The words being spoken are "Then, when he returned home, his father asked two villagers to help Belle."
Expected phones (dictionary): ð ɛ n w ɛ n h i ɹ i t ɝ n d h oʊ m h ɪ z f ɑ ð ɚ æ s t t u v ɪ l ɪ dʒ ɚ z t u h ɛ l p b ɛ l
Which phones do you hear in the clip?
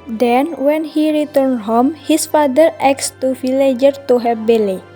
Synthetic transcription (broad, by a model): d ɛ n w ɛ n h i ɹ i t ɝ n d h oʊ m h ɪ s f ɑ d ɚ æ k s t u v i l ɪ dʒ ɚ t u h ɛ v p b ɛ l